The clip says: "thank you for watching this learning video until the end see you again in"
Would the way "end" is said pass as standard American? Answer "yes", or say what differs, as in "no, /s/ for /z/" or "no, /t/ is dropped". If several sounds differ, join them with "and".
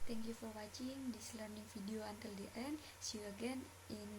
yes